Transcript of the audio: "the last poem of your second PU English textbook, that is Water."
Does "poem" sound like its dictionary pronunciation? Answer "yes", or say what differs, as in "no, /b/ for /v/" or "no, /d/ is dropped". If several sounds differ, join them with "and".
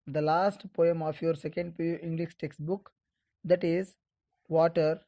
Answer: yes